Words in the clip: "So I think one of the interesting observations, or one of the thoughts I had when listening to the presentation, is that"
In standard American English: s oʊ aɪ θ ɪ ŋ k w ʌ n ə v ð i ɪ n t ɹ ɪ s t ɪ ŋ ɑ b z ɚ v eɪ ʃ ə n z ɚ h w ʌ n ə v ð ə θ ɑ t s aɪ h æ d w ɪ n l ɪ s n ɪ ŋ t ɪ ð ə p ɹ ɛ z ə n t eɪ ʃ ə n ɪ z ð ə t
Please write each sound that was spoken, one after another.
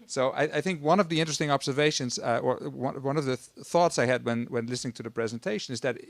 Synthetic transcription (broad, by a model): s oʊ aɪ θ ɪ ŋ k w ʌ n ə v ð i ɪ n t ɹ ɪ s t ɪ ŋ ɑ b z ɚ v eɪ ʃ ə n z ɚ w w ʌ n ə v ð ə θ ɑ t s aɪ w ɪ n w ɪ n l ɪ s n ɪ ŋ t ɪ ð ə p ɹ ɛ z ə n t eɪ ʃ ə n ɪ z ð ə t